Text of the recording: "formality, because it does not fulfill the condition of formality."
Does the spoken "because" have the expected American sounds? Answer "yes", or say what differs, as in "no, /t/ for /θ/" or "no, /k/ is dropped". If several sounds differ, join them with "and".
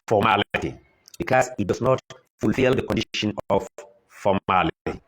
no, /s/ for /z/